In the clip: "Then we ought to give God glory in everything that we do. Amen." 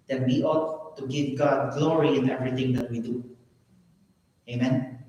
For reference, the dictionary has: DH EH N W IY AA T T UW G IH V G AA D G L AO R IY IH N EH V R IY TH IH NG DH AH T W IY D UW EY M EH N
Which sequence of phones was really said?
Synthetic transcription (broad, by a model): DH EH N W IY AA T T UW G IH V G AA D G L AO R IY IH N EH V R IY T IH NG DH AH T W IY D UW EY M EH N